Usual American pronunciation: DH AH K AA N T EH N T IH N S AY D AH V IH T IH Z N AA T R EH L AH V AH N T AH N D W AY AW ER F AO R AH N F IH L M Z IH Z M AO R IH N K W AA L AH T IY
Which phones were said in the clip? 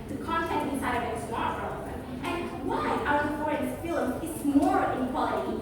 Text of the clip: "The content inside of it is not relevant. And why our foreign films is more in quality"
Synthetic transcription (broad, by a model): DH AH K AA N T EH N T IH S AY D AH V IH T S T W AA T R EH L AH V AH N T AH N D W AY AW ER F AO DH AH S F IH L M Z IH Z M AO R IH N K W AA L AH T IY